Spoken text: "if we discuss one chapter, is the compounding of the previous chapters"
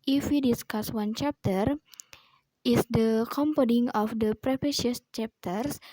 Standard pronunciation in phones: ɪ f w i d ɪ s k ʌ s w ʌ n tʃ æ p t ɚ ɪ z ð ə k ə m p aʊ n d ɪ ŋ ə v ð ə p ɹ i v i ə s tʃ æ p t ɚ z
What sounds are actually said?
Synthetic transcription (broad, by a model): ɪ f w i d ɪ s k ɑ s w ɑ n tʃ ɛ p t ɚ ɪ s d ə k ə m p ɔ d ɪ ŋ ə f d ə p ɹ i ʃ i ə s tʃ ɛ p t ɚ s